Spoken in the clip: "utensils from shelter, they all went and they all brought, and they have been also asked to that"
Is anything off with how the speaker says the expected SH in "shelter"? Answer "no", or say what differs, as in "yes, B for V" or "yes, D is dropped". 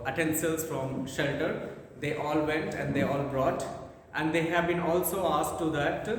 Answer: no